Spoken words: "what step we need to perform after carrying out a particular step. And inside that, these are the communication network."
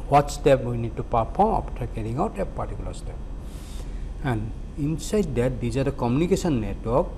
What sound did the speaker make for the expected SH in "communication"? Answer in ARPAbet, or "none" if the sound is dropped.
S